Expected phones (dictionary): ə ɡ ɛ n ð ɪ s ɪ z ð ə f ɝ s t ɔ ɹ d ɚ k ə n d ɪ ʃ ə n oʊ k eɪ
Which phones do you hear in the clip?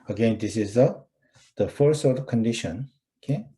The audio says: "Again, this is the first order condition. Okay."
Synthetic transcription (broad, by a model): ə ɡ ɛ n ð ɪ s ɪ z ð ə f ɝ s ɔ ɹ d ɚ k ə n d ɪ ʃ ə n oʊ k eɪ